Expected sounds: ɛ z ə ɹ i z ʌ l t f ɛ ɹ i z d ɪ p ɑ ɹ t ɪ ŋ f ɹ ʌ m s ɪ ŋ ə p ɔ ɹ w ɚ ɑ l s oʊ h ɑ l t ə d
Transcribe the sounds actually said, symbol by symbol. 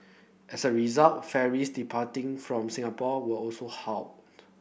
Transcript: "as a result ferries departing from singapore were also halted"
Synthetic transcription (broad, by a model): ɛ s ə ɹ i z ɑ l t f ɛ ɹ i s d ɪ p ɑ t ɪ ŋ f ɹ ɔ m s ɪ ŋ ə p ɔ w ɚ ɑ l s oʊ h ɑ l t